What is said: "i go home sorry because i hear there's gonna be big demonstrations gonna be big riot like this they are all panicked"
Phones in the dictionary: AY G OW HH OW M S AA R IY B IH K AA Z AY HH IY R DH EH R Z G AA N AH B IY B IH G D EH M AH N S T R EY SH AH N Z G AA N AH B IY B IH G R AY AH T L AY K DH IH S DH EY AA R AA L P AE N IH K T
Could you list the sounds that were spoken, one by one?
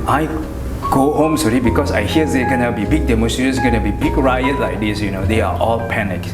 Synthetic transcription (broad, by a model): AY G OW HH OW M S AA R IY B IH K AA S AY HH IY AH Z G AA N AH B IY B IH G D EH M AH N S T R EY AH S G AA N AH B IY B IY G R AY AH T L AY K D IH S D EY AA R AA L P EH N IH K